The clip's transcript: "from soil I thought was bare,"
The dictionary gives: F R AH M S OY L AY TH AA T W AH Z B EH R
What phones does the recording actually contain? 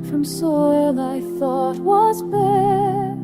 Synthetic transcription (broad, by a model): F R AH M S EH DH AY TH AA T W AH Z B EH